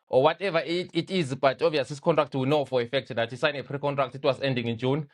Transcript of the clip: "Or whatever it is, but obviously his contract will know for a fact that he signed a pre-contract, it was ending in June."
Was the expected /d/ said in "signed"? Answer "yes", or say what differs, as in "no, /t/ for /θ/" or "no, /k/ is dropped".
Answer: no, /d/ is dropped